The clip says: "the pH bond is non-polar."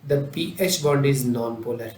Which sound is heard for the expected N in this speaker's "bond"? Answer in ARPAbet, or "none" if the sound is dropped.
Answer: none